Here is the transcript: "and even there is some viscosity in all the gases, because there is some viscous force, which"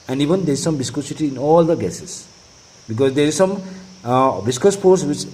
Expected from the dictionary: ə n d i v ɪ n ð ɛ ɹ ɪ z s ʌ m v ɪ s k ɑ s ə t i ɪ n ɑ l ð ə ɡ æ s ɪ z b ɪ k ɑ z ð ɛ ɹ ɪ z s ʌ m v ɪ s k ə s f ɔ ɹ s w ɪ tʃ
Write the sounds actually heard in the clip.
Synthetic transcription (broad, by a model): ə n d i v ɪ n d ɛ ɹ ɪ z s ʌ m b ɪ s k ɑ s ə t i n ɑ l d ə ɡ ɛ s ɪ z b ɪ k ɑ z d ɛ ɹ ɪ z s ʌ m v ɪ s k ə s p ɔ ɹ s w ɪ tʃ